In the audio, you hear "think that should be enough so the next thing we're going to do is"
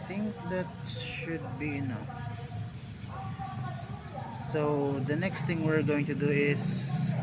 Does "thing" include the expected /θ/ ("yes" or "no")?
no